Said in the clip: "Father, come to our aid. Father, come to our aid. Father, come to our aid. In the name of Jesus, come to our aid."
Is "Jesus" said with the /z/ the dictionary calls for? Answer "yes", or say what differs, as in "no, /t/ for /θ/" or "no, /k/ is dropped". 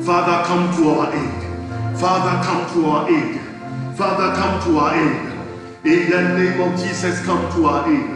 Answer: no, /s/ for /z/